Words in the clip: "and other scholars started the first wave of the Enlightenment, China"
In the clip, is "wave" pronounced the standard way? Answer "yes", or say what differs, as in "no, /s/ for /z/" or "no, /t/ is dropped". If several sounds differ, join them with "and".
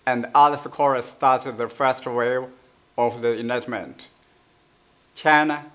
no, /v/ is dropped